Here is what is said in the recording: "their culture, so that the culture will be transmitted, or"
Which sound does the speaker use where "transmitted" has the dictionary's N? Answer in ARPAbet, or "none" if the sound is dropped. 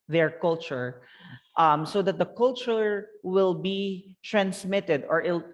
N